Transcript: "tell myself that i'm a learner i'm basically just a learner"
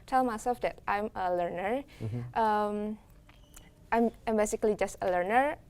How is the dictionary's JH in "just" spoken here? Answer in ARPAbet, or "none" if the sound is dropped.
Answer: JH